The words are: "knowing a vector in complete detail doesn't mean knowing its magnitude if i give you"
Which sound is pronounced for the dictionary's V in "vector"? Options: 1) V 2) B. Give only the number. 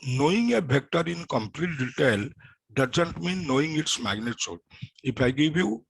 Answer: 2